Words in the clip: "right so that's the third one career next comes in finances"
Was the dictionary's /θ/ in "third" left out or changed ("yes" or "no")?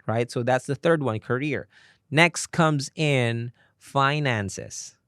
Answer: no